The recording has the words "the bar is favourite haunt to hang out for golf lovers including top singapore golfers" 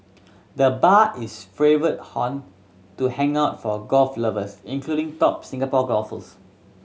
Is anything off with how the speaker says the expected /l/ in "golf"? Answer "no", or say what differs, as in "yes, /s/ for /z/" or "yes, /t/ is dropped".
no